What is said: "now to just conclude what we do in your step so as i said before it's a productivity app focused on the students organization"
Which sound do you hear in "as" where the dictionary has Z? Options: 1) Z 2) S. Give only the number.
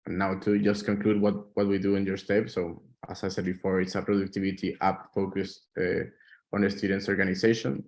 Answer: 2